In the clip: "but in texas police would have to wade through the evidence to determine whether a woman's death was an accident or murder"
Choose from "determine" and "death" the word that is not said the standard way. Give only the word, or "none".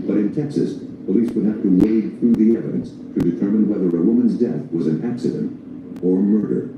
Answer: none